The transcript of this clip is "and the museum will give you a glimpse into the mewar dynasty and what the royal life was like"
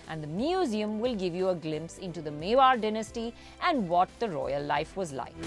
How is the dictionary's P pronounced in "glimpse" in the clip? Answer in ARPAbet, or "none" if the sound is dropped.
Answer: P